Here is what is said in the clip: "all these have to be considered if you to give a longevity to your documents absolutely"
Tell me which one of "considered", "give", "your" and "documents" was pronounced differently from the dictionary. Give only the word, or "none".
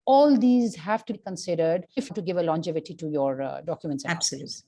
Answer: none